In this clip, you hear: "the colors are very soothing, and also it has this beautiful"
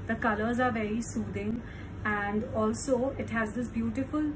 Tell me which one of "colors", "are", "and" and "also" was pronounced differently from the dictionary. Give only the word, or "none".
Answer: none